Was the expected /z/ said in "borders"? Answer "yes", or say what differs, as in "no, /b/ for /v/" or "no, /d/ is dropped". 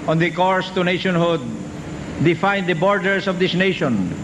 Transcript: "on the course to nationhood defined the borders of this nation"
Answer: no, /s/ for /z/